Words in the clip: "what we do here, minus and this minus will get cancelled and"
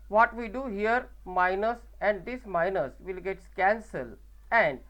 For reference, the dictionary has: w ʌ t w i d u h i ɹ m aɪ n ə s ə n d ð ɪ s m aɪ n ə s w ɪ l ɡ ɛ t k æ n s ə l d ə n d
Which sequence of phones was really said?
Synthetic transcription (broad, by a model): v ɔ t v i d u h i ɹ m aɪ n ə s ə n d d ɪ s m aɪ n ə s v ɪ l ɡ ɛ t k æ n s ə l ə n d